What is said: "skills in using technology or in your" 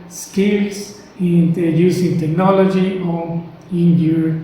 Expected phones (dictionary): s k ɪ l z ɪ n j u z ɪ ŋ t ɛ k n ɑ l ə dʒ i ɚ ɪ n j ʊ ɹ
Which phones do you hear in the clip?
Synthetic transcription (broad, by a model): s k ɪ l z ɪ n j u s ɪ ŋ t ɛ k n ɑ l ə dʒ i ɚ ɪ n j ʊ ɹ